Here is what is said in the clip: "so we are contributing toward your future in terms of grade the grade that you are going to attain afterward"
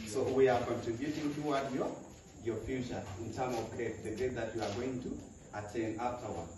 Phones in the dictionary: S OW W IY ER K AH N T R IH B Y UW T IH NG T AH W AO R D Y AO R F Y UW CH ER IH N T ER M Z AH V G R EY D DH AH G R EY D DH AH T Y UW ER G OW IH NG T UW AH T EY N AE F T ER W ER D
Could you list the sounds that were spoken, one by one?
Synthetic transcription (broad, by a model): S OW W IY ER K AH N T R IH B Y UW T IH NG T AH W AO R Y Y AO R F Y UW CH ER IH N T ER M AH V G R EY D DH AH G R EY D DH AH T Y UW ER G OW IH NG T UW AH T EY N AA F T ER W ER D